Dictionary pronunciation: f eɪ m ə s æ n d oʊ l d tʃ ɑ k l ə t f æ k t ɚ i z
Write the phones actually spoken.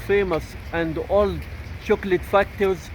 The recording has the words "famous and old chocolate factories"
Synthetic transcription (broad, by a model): f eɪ m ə s æ n d oʊ l d ʃ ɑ k l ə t f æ k t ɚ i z